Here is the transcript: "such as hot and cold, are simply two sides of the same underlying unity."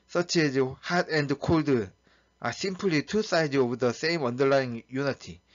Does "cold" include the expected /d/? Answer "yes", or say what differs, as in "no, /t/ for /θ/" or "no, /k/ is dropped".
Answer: yes